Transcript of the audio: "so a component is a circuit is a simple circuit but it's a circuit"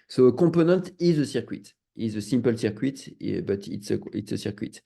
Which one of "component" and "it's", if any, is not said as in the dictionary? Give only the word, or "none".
component